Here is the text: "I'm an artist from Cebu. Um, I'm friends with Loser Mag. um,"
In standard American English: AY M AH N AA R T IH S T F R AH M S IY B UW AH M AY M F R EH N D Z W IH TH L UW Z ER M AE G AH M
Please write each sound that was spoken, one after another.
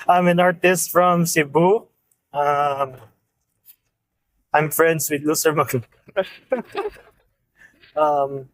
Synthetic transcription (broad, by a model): AY M AH N AA R T IH S T F R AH M S IY B UW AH M AY M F R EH N D S W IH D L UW S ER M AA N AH M